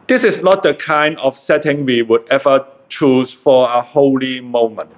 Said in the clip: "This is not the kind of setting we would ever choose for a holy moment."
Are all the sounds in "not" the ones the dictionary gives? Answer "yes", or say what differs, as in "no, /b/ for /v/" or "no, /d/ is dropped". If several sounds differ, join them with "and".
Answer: yes